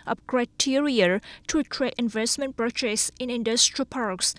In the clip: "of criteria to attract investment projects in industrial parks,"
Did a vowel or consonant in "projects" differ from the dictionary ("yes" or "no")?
yes